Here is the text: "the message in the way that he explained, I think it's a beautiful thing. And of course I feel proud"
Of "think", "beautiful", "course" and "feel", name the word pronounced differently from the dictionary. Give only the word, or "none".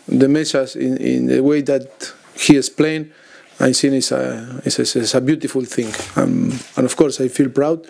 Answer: think